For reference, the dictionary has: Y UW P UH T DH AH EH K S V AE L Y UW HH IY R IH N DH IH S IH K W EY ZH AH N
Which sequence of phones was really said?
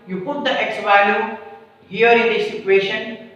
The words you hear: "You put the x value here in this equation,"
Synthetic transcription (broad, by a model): Y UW P UH T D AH EH K S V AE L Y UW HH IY R IH N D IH S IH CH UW EY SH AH N